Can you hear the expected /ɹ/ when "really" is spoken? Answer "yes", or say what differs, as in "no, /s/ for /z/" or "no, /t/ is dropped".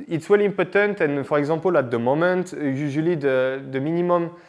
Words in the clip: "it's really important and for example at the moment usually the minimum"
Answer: no, /w/ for /ɹ/